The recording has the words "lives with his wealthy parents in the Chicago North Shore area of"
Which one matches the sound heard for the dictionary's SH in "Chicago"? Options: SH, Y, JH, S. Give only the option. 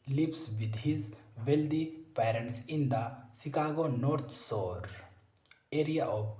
S